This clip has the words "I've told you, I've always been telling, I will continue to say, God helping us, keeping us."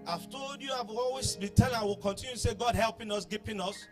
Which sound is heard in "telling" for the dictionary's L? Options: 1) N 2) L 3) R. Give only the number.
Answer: 1